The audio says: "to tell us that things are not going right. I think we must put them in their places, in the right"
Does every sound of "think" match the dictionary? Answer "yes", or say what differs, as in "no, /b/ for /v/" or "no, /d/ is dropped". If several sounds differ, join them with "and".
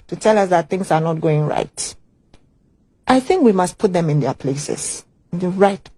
yes